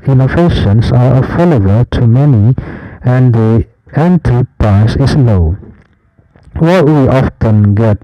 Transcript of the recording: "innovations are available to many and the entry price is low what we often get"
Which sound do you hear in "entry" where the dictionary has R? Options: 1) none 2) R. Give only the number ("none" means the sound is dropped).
1